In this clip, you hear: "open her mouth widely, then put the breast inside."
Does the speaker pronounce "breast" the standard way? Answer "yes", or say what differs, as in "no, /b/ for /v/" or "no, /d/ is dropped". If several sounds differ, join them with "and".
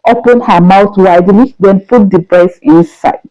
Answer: no, /t/ is dropped